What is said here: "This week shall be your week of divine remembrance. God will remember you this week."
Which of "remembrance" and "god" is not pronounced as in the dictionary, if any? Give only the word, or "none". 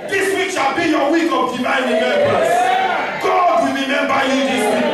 remembrance